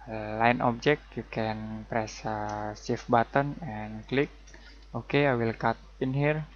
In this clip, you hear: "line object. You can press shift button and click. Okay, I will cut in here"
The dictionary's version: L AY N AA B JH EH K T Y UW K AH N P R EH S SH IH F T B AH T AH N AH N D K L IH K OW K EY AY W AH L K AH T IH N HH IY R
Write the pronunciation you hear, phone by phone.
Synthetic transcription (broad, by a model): L AY N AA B JH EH K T Y UW K AH N P R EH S S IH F B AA T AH N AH N K L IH K OW K EY AY W AH L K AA T IH N HH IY R